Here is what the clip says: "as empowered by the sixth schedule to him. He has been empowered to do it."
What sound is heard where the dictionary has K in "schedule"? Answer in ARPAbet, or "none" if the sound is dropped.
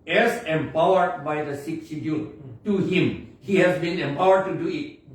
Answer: none